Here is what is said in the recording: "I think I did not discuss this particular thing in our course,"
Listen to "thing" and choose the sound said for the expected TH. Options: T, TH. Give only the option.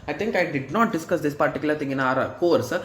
T